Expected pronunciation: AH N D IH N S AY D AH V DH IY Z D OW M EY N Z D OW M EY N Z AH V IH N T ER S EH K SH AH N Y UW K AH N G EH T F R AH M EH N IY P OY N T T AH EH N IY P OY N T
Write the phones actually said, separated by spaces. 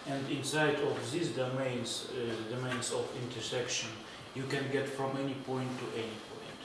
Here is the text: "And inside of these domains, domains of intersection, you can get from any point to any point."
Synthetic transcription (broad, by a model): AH N D IH N S AY D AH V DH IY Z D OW M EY N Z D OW M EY N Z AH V IH N T ER S EH K SH AH N Y UW K AH N G EH T F R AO M EH N IY P OY N T T EH N IY P OY N T